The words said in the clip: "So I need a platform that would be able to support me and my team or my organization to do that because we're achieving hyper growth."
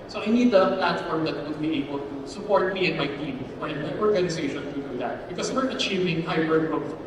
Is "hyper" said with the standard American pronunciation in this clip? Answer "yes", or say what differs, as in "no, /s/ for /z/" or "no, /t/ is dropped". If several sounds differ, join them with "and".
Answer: no, /b/ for /p/